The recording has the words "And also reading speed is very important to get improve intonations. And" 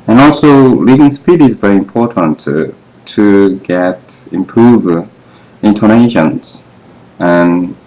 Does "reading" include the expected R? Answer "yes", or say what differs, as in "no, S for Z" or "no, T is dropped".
no, L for R